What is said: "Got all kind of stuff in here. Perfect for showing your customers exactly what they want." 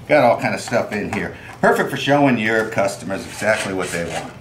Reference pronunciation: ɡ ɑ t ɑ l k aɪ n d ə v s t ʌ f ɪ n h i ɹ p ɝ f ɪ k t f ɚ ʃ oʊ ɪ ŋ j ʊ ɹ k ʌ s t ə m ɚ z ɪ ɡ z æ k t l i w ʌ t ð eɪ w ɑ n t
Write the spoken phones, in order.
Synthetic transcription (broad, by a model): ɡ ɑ t ɑ l k aɪ n d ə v s t ʌ f ɪ n h i ɹ p ɝ f ɪ k t f ɚ ʃ oʊ ɪ ŋ j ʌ ɹ k ʌ s t ə m ɚ z ɪ ɡ z æ k t l i w ʌ t ð eɪ w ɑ n t